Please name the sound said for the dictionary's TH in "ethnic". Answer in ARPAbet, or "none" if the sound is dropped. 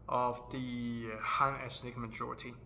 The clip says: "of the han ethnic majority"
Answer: S